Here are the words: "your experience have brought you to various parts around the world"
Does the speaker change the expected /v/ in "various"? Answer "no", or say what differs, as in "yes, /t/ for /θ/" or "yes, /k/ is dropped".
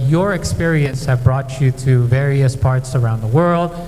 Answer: no